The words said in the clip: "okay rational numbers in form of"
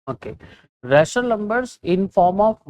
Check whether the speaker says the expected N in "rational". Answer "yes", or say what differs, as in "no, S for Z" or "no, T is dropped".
no, N is dropped